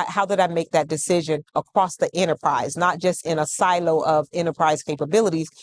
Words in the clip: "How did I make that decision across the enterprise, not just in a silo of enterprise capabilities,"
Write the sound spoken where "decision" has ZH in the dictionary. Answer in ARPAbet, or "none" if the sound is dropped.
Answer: ZH